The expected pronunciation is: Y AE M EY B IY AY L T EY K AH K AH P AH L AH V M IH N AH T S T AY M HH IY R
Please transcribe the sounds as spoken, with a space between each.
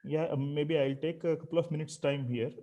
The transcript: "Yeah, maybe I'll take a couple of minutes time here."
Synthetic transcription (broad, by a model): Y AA M EY B IY AY L T EY K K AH P L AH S M IH N AH T S T AY M HH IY R